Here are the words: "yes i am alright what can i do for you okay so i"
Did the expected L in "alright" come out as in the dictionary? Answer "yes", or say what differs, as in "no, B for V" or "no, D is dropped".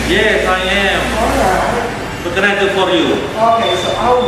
no, L is dropped